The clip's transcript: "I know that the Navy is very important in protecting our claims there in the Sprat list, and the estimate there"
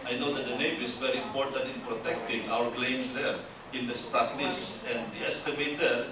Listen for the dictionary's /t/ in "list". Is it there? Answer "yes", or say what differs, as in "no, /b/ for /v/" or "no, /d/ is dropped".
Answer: no, /t/ is dropped